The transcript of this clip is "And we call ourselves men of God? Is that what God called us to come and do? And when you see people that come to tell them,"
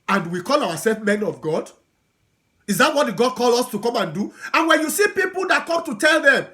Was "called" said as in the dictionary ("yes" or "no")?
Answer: no